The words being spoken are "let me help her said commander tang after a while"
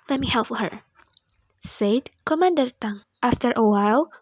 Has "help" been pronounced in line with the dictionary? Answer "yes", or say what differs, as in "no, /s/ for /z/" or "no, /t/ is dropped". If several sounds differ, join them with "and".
no, /f/ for /p/